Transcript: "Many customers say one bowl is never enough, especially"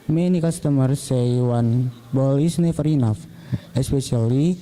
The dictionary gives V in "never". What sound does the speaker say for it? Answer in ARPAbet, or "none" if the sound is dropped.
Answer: F